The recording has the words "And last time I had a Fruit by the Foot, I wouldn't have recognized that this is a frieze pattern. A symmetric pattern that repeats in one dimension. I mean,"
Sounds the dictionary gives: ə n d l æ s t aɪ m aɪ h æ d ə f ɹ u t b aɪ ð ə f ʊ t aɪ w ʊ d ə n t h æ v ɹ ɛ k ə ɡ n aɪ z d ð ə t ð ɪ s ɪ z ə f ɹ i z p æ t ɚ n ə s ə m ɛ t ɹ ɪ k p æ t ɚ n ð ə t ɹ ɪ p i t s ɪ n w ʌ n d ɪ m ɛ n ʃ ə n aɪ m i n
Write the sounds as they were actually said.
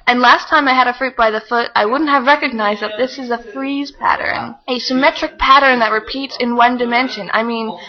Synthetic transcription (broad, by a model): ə n l æ s t aɪ m aɪ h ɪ d ə f ɹ u t b aɪ ð ə f ʊ t aɪ w ʊ d n t h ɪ v ɹ ɛ k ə ɡ n aɪ z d ð ə t ð ɪ s ɪ z ə f ɹ i z p æ t ɚ n ə s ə m ɛ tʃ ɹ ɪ k p æ t ɚ n ð ə t ɹ ɪ p i t s ɪ n w ʌ n d ɪ m ɛ n ʃ ə n aɪ m i n